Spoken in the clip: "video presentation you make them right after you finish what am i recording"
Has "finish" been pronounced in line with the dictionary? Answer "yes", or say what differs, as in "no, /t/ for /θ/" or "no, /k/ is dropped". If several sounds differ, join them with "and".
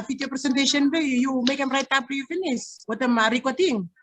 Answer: no, /s/ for /ʃ/